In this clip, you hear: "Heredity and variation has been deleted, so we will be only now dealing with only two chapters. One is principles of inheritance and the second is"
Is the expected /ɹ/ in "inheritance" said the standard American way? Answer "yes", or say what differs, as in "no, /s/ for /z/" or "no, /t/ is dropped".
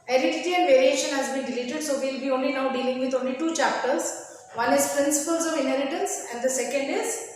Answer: no, /l/ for /ɹ/